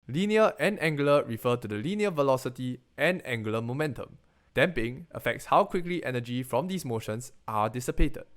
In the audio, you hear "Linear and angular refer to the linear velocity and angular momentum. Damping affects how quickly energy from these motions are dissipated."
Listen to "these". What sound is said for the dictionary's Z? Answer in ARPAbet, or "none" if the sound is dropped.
S